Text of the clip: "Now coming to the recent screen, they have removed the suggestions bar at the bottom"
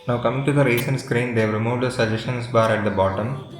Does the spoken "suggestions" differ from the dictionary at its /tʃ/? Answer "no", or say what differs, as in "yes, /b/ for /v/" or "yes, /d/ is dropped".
yes, /ʃ/ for /tʃ/